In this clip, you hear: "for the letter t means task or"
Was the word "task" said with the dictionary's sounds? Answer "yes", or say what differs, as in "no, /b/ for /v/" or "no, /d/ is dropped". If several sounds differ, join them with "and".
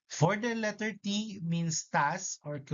no, /k/ is dropped